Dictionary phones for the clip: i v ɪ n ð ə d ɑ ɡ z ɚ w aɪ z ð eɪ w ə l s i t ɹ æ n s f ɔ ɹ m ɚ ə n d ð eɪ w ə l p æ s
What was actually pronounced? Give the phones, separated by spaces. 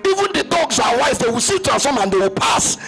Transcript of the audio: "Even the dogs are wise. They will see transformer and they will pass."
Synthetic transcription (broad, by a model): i v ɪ n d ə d ɑ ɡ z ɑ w aɪ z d eɪ w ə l s i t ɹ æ s ɔ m ə n d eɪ w ə l p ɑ s